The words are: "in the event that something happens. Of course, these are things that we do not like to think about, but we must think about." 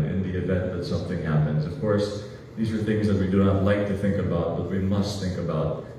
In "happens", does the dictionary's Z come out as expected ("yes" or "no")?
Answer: yes